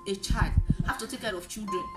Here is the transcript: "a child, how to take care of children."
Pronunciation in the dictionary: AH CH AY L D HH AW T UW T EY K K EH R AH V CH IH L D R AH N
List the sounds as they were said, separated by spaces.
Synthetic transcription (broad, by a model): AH CH AY L D HH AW T UW T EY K K EH R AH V CH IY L D R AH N